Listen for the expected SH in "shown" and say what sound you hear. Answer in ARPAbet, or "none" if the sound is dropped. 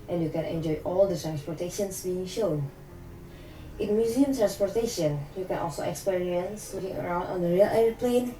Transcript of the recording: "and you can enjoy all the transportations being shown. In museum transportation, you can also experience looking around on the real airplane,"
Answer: SH